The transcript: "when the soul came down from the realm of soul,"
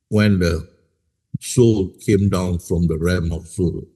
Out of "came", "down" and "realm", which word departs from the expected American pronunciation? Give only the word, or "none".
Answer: realm